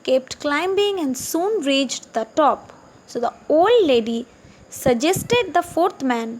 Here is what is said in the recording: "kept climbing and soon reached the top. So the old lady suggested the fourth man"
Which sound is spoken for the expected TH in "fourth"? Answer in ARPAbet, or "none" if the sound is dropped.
T